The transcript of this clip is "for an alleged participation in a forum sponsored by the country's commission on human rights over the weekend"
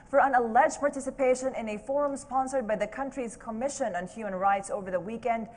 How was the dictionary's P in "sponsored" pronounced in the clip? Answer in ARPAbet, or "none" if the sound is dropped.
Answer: P